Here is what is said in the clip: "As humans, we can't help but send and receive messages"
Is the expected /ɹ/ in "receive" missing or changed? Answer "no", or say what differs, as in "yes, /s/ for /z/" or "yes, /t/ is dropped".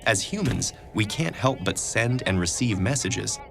no